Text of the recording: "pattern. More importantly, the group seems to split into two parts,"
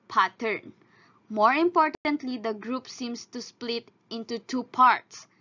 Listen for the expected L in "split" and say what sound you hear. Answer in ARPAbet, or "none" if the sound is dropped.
L